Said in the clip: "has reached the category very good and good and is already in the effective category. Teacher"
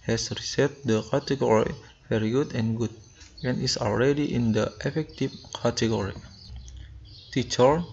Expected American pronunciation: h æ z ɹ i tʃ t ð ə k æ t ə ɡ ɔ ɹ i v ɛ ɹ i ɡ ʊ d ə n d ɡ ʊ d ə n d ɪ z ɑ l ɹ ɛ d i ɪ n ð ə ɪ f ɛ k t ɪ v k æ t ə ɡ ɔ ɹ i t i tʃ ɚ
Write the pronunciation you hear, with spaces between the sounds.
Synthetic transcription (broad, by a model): h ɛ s ɹ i s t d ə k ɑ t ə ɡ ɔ ɹ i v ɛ ɹ i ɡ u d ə n ɡ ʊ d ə n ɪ s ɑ l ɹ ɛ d i ɪ n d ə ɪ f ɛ k t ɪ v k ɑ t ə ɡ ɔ ɹ i t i tʃ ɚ